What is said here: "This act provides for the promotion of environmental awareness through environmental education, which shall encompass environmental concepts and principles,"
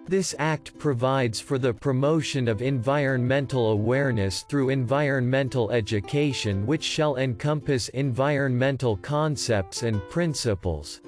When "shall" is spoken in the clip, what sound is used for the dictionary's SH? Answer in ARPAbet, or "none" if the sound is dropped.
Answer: SH